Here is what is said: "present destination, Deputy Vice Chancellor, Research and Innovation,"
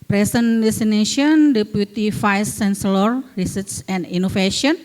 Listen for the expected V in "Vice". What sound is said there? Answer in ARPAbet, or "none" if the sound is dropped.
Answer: F